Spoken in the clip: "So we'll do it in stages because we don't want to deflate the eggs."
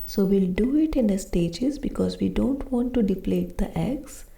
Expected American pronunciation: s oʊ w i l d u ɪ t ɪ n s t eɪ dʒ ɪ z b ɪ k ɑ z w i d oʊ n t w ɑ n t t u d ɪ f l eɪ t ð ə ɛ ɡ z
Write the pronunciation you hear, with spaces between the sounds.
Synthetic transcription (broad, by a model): s oʊ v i l d u ɪ t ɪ n s t eɪ dʒ ɪ z b ɪ k ɑ z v i d oʊ n t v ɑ n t t u d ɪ p l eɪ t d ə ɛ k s